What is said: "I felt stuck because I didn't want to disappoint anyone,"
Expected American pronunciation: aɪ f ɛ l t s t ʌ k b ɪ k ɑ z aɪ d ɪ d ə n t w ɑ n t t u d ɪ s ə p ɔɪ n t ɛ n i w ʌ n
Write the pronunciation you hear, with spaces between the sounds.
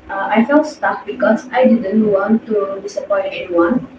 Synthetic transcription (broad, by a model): aɪ f ɛ l t s t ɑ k b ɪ k ɑ s aɪ d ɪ d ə n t w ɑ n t t u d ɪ s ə p ɔɪ t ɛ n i w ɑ n